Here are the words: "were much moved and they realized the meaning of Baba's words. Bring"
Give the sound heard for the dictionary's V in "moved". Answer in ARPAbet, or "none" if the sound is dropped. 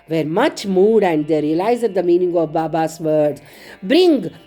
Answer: none